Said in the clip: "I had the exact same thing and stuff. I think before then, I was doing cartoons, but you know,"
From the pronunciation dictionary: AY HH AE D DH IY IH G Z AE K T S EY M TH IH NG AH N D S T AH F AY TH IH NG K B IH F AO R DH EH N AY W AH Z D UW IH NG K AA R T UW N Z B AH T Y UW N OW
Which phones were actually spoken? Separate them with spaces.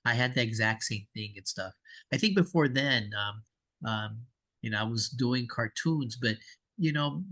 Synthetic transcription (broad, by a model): AY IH D DH IY IH G Z AE K T S EY M TH IH NG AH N S T AH F AY TH IH NG K B IH F AO R DH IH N AY W AH Z D UW IH NG K AA R T UW N Z B AH T Y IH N OW